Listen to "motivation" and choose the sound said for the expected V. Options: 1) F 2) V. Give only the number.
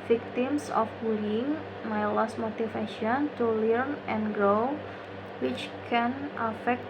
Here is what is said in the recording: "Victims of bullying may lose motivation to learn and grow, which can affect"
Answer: 1